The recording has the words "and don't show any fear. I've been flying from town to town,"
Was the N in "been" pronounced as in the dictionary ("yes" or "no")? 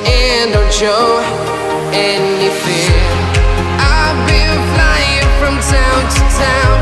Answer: no